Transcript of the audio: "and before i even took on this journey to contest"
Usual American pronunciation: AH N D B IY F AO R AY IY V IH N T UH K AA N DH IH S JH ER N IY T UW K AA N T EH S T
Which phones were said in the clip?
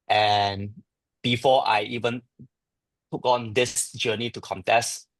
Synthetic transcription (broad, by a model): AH N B IY F AO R AY IY V IH N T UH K AA N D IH S JH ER N IY T UW K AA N T EH S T